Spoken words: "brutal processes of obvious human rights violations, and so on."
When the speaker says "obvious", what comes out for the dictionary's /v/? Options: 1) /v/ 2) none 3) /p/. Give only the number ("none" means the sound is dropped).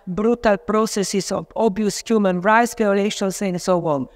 2